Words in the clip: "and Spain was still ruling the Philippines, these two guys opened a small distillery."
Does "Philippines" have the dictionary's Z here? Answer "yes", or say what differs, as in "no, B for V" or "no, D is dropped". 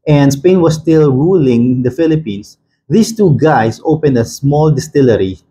no, S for Z